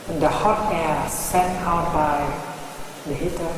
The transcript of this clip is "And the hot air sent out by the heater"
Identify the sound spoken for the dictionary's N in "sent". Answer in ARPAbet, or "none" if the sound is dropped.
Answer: none